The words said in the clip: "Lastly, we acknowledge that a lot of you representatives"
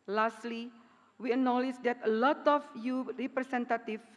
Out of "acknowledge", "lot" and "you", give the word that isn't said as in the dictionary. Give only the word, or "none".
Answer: acknowledge